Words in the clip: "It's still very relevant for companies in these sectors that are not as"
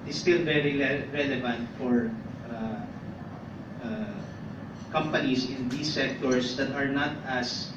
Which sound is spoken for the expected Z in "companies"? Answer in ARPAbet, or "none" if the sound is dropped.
S